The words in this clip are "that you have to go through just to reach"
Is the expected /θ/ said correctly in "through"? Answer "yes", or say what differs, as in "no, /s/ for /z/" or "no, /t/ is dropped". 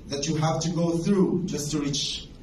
yes